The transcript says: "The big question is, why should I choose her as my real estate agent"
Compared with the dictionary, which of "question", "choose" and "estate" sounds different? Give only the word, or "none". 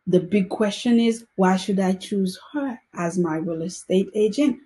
none